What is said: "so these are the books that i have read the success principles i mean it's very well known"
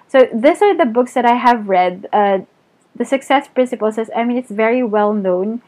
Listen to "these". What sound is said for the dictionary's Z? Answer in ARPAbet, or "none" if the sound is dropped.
S